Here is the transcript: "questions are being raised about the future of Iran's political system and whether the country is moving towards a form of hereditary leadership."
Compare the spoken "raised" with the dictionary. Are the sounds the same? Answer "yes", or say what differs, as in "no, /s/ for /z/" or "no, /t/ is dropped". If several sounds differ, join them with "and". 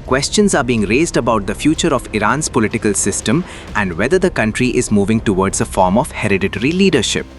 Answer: yes